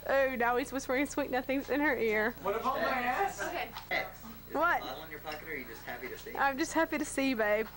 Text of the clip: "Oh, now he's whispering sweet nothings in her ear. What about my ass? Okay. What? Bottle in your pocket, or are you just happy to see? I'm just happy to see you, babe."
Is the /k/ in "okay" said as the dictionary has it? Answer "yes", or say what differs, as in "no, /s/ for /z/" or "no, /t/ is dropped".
no, /k/ is dropped